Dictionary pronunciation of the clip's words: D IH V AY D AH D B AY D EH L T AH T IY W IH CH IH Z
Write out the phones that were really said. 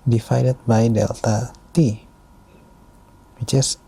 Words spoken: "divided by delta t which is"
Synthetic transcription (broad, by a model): D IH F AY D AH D B AY D EH L T AH T IY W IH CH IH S